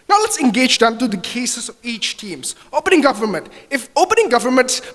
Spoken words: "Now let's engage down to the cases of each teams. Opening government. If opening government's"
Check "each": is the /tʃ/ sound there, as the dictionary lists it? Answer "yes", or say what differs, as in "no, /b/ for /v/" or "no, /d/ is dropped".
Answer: yes